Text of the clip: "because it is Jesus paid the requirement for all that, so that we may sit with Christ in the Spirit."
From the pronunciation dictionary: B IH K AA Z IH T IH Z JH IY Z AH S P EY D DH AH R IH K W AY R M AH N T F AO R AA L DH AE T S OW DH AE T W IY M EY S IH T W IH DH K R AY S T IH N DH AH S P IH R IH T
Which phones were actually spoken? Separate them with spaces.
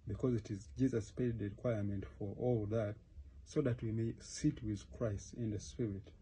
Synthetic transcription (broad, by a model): B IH K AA Z IH T IH Z JH IY Z AH S P EY D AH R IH K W AY R M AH N T F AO R AA L DH AE T S OW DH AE T W IY M EY S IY T W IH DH K R AY S T IH N DH AH S P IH R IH T